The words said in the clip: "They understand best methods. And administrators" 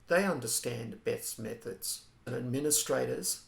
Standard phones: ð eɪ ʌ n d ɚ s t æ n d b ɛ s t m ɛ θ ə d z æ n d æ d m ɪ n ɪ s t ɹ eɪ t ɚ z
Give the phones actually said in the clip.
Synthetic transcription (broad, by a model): ð eɪ ʌ n d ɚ s t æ n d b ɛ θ m ɛ θ ə d z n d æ d m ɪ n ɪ s t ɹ eɪ t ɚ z